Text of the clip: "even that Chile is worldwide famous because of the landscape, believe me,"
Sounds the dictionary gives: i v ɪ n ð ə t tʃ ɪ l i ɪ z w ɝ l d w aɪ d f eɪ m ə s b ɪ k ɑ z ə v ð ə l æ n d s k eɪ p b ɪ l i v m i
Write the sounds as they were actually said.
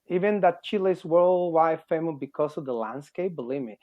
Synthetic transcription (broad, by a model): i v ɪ n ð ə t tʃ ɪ l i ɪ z w ɝ l d w aɪ d f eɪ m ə b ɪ k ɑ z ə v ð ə l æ n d s k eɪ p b l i m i